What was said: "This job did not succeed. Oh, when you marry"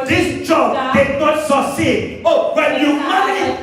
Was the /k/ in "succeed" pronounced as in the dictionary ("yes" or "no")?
no